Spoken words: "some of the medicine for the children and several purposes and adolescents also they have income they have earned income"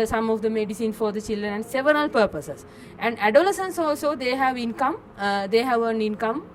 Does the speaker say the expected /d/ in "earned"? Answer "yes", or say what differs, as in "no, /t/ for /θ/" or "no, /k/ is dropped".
no, /d/ is dropped